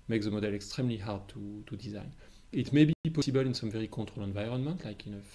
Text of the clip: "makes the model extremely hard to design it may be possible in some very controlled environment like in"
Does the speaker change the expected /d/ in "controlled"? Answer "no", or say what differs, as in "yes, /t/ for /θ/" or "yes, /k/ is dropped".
yes, /d/ is dropped